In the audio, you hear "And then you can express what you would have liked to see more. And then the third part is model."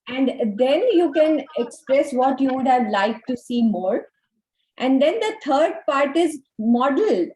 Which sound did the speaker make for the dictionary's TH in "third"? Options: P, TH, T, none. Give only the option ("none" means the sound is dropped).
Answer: T